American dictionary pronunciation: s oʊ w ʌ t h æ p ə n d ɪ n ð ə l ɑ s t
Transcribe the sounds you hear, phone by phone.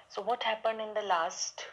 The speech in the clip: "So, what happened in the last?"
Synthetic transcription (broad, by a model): s oʊ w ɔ t h æ p ə n d ɪ n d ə l ɑ s t